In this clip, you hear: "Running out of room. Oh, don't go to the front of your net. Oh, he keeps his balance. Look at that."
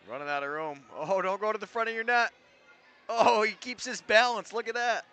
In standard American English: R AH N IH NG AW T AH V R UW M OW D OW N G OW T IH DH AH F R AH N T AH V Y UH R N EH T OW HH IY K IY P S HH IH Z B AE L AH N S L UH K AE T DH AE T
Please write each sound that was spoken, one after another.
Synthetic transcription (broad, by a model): R AH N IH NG AW T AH R UW M OW D OW N G OW T IH DH AH F R AH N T AH V Y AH R N EH T OW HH IY K IY P S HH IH Z B AE L AH N S L UH K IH T DH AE T